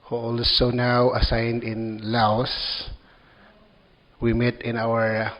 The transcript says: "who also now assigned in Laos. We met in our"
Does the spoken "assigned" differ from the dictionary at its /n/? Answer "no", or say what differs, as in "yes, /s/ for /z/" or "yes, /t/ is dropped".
no